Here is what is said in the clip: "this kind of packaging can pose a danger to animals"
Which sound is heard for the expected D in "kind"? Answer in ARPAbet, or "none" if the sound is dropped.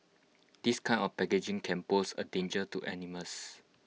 none